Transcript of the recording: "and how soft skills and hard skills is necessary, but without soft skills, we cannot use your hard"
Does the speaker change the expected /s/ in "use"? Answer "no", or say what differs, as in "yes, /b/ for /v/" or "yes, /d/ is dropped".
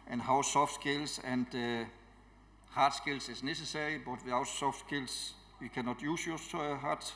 no